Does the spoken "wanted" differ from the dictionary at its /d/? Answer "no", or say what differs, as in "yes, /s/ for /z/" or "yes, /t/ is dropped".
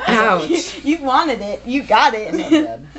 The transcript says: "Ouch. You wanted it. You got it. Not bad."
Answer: no